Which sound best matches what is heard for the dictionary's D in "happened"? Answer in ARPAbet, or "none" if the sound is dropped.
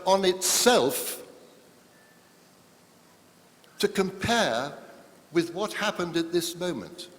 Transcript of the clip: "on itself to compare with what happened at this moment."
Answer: D